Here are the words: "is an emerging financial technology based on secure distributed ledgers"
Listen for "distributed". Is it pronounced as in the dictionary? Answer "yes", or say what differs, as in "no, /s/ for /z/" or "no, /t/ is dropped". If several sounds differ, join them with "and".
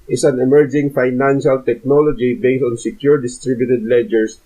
yes